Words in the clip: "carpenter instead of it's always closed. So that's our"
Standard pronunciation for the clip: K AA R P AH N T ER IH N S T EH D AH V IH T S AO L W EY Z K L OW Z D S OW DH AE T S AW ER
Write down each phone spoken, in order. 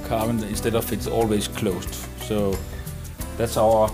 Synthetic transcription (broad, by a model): K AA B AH N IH N S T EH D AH F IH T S AO L W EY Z K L OW S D S OW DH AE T S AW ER